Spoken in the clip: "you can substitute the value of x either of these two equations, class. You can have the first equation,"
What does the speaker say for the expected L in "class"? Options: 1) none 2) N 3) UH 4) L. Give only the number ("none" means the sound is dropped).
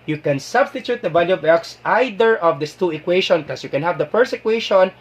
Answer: 1